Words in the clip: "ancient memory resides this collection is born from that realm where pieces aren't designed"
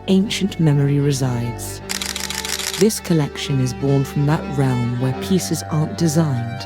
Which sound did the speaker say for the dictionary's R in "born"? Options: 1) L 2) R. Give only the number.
2